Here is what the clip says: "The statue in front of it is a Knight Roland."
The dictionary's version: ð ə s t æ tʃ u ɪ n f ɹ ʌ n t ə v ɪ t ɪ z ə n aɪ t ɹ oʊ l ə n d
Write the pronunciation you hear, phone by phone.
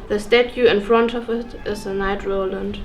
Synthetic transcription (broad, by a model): ð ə s t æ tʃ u ɪ n f ɹ ʌ n t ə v ɪ t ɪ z ə n aɪ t ɹ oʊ l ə n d